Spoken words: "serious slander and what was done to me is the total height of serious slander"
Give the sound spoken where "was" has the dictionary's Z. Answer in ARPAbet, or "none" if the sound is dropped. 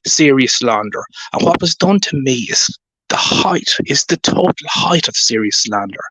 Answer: Z